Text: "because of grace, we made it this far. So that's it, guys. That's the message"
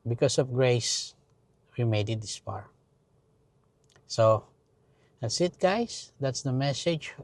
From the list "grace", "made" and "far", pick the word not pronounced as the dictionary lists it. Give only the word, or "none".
far